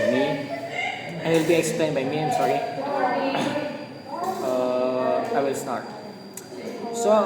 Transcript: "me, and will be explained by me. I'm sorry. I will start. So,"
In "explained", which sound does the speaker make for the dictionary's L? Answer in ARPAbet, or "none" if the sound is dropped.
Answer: L